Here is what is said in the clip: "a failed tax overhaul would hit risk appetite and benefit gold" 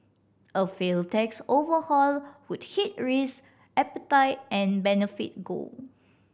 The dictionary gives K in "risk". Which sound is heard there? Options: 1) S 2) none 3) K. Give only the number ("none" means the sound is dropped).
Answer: 2